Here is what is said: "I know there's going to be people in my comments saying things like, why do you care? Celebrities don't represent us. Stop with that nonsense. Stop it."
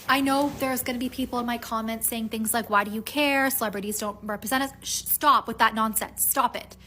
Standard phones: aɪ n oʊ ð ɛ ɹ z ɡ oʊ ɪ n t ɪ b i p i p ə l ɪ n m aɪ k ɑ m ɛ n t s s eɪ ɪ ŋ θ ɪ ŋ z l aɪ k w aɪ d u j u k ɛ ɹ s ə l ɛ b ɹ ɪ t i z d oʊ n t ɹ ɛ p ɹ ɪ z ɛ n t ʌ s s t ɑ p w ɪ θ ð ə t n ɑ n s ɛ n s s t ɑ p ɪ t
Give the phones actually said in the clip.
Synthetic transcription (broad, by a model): aɪ n oʊ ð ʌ ɹ z ɡ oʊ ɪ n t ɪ b i p i p l ɪ n m aɪ k ɑ m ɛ n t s s eɪ ɪ ŋ θ ɪ ŋ z l aɪ k w aɪ d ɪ j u k ɛ ɹ s ə l ɛ b ɹ ɪ t i z d oʊ n t ɹ ɛ p ɹ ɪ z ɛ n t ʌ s s t ɑ p w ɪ ð ə t n ɑ n s ɛ n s s t ɑ p ɪ t